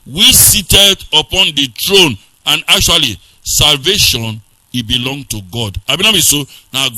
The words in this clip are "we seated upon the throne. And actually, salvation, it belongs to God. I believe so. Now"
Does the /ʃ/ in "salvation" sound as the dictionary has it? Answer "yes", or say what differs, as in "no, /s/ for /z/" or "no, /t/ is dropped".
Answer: yes